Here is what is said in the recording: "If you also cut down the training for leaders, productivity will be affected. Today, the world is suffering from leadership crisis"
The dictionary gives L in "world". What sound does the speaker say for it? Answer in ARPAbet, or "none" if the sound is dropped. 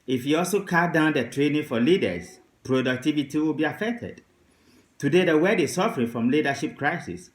none